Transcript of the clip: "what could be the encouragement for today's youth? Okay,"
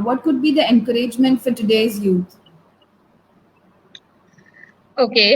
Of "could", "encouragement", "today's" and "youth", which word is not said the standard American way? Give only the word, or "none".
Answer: youth